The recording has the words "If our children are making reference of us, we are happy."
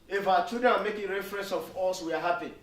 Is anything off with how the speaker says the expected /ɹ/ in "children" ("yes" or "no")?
yes